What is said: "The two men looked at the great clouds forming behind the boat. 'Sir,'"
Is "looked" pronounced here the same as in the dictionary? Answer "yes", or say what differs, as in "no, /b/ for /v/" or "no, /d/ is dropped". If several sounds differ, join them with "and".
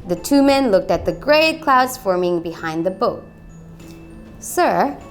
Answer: yes